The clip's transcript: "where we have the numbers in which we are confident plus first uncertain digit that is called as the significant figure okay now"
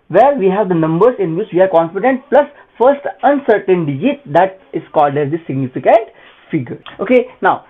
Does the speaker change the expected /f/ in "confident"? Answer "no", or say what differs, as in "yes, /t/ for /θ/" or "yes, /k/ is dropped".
yes, /p/ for /f/